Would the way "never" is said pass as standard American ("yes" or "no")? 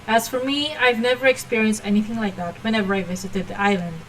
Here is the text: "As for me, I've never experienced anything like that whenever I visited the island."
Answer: yes